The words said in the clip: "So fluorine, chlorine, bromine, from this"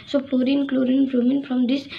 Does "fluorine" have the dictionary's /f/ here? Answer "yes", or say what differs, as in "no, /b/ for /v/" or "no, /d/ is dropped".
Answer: no, /p/ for /f/